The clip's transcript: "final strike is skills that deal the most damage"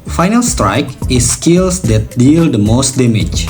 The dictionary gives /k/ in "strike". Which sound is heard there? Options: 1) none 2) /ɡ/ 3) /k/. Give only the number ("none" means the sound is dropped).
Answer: 3